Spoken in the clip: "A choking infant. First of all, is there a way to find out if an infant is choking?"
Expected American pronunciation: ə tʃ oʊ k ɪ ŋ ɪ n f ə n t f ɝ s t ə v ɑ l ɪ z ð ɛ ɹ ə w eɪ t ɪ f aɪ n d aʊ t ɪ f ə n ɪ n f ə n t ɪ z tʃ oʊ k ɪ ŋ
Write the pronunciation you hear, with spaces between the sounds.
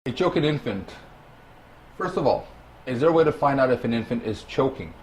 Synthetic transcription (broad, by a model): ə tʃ oʊ k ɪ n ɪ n f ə n t f ɝ s t ə v ɑ l ɪ z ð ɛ ɹ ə w eɪ t ɪ f aɪ n d aʊ t ɪ f ə n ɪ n f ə n t ɪ z tʃ oʊ k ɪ ŋ